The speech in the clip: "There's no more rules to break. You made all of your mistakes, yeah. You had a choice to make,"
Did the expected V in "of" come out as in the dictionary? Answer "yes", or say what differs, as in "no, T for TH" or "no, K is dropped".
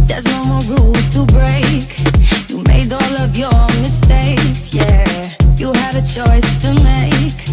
yes